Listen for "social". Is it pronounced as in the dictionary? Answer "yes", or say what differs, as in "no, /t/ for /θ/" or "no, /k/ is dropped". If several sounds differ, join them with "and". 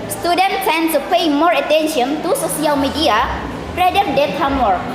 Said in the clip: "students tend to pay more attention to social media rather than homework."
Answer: no, /s/ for /ʃ/